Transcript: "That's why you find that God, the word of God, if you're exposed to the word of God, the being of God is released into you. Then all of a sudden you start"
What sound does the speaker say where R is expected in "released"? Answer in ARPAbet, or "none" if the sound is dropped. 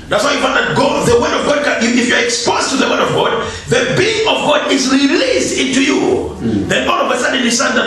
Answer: R